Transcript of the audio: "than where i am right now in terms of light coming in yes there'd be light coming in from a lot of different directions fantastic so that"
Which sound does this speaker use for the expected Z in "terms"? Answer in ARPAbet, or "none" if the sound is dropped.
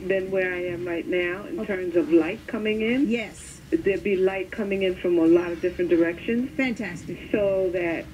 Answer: Z